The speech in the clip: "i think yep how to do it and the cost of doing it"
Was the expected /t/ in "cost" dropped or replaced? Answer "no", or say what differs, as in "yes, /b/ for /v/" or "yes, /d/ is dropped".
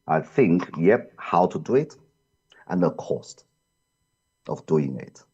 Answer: no